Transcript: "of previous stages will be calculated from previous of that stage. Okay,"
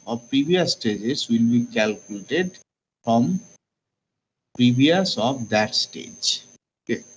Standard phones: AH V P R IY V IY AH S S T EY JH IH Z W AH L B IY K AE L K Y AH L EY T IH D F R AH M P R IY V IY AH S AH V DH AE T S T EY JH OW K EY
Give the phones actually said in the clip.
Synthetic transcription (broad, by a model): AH P R IY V IY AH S S T EY JH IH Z W AH L B IY K AE L K Y AH L EY T IH D F R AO M P R IY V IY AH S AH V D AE T S T EY JH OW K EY